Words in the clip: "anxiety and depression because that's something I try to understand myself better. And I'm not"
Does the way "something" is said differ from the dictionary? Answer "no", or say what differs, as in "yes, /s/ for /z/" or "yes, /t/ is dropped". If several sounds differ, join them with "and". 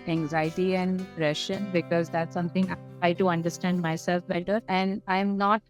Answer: yes, /t/ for /θ/